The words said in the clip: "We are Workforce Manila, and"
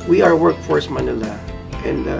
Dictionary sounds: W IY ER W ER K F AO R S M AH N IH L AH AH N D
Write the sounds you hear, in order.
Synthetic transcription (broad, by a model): W IY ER W ER K F AO R S M AH N IH L AH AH N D